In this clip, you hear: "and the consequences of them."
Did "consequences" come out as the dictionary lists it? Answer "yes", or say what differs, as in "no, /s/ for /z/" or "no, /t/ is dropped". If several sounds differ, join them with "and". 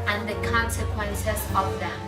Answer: no, /s/ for /z/